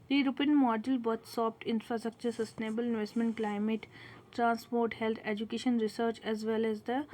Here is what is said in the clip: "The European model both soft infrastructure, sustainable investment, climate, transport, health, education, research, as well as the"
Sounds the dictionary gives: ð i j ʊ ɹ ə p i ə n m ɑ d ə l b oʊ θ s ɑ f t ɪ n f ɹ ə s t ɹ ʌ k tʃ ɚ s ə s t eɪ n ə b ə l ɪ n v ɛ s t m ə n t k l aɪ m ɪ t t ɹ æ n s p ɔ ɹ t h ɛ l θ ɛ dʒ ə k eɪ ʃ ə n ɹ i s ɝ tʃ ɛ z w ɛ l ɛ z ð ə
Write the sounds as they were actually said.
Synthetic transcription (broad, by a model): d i ɹ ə p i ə n m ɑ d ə l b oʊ t s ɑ p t ɪ n f ɹ ə s t ɹ ʌ k tʃ ɚ s ə s t eɪ n ə b ə l ɪ n v ɛ s t m ə n t k l aɪ m ɪ t t ɹ æ n s p ɔ ɹ t h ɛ l t ɛ dʒ ə k eɪ ʃ ə n ɹ i s ɝ tʃ ɛ z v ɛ l ɛ z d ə